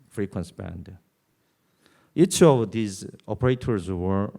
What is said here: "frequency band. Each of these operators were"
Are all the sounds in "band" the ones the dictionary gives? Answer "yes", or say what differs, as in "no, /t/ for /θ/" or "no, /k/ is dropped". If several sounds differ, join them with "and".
yes